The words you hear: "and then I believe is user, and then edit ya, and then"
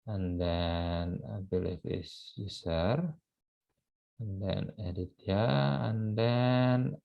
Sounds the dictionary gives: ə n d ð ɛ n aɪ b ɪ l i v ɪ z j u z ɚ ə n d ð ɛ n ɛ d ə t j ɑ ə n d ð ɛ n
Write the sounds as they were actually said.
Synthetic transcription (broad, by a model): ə n d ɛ n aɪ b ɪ l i f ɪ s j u s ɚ ə n d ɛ n ɛ d ə t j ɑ ə n d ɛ n